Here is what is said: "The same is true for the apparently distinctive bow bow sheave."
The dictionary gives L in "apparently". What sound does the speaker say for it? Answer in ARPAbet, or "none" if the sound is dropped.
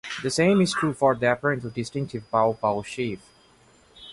none